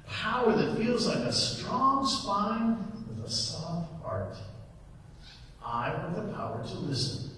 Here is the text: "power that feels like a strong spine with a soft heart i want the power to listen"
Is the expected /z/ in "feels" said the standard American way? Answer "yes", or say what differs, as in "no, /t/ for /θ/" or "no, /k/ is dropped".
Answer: yes